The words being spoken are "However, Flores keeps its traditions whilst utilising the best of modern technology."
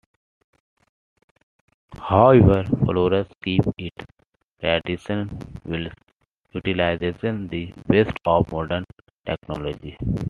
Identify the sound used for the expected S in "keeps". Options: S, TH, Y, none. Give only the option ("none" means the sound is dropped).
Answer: none